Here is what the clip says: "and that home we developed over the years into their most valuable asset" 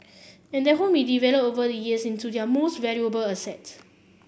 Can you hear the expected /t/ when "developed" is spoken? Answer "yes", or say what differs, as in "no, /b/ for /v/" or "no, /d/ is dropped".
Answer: no, /t/ is dropped